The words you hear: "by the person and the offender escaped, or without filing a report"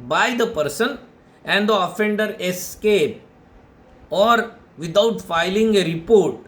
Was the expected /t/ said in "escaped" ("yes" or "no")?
no